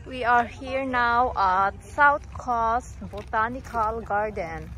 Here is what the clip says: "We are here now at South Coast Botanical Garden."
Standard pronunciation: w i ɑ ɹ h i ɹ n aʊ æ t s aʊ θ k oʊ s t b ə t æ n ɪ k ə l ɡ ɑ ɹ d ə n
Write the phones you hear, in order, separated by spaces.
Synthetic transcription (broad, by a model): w i ɑ ɹ h i ɹ n aʊ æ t s aʊ t k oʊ s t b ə t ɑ n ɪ k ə l ɡ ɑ ɹ d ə n